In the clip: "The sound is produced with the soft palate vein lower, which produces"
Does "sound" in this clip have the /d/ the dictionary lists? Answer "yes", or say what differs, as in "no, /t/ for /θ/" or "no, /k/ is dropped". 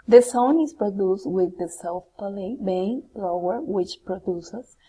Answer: no, /d/ is dropped